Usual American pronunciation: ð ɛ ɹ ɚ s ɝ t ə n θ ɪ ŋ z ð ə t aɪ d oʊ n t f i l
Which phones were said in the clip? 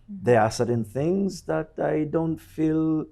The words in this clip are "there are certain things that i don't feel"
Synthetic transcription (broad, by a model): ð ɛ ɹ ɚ s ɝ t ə n θ ɪ ŋ z ð ə t aɪ d oʊ n t f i l